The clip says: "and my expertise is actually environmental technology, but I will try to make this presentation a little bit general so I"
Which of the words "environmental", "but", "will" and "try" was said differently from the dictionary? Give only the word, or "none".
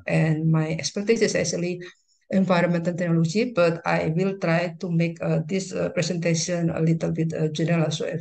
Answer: environmental